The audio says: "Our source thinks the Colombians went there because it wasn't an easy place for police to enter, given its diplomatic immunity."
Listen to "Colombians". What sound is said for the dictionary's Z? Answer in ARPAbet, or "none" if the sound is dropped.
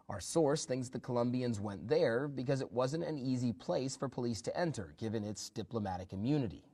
Z